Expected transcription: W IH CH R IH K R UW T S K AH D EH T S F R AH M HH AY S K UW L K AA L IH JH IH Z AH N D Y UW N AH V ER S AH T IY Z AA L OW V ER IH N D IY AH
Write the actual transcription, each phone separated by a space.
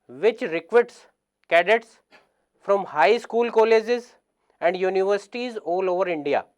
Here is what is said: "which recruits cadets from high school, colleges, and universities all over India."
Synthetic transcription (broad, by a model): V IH CH R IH K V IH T S K AH D EH T S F R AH M HH AY S K UW L K AA L IH JH IH Z AH N D Y UW N AH V ER S AH T IY Z AA L OW V ER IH N D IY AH